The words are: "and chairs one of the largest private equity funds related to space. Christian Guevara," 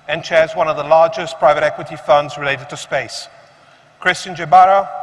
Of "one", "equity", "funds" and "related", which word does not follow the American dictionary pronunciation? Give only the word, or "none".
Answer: none